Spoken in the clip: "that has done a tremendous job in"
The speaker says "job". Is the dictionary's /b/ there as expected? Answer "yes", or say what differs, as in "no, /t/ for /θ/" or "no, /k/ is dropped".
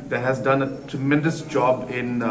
yes